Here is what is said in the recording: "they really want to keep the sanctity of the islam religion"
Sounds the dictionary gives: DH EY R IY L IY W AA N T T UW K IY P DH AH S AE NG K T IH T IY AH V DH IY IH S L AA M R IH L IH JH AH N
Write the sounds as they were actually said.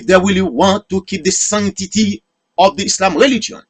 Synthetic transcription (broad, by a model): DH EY W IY L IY W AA N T T UW K IY P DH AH S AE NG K T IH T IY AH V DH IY IH S L AA M R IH L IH JH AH N